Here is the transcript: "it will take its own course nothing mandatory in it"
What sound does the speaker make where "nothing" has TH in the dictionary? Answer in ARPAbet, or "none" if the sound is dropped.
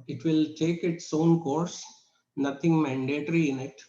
T